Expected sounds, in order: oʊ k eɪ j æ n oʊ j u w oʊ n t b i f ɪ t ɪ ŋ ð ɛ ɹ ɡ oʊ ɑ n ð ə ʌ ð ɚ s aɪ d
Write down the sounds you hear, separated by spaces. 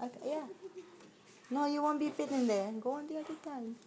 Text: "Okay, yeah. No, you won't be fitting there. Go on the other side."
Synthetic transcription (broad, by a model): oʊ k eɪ j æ n oʊ j u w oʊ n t b i p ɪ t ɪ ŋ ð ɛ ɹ ɡ oʊ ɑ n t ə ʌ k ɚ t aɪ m